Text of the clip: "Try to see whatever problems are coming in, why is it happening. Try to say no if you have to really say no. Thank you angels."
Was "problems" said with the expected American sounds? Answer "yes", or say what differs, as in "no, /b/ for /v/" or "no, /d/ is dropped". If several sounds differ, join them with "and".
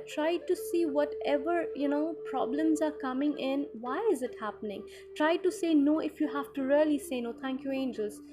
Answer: yes